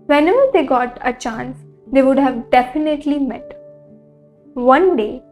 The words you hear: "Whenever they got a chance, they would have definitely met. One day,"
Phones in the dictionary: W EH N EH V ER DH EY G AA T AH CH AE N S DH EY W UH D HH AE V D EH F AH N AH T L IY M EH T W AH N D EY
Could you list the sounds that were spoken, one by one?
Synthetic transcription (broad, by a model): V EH N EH V ER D EY G AA T AH CH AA N S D EY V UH D HH AE V D EH F AH N AH T L IY M EH T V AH N D EY